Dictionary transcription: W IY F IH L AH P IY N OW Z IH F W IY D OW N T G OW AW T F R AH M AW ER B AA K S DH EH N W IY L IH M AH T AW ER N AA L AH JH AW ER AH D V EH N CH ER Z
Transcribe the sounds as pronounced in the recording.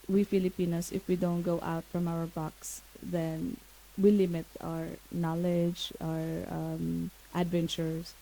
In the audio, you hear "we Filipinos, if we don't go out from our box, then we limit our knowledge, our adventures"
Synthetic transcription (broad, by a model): W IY F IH L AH P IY N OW S IH F W IY D OW N T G OW AW T F R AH M AW ER B AA K S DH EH N W IY L IH M AH T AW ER N AA L AH JH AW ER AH D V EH N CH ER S